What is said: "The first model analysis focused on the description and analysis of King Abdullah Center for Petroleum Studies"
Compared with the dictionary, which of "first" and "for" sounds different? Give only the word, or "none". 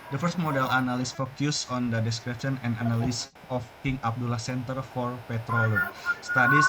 none